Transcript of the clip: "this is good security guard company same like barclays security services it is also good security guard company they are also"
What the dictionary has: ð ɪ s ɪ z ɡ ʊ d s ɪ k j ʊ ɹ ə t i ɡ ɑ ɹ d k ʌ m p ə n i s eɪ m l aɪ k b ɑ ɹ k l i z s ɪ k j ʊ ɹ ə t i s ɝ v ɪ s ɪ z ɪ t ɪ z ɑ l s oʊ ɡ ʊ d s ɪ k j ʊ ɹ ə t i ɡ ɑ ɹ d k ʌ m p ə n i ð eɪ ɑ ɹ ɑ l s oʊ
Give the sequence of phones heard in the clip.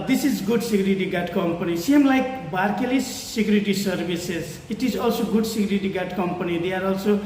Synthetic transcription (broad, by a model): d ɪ s ɪ z ɡ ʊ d s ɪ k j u ɹ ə t i ɡ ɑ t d k ʌ m p ə n i s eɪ m l aɪ k b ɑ ɹ k l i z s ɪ k j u ɹ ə t i s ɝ b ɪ s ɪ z ɪ t ɪ z ɑ l s oʊ ɡ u d s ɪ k j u ɹ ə t i ɡ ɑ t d k ʌ m p ə n i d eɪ ɑ ɹ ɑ l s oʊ